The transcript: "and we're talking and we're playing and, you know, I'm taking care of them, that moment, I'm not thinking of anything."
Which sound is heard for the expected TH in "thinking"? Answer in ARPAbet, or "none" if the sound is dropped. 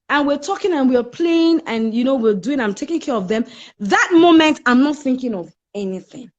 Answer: TH